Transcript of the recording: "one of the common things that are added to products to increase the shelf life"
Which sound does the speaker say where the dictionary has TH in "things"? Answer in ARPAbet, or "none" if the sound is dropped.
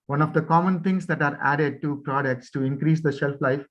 T